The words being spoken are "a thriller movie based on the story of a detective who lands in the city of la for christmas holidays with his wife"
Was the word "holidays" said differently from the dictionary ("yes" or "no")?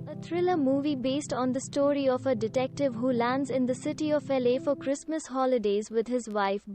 no